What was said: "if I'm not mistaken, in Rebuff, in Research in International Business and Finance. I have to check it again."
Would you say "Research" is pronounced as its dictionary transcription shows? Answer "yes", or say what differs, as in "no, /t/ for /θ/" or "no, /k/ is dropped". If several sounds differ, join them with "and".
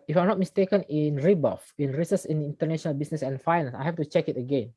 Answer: no, /s/ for /tʃ/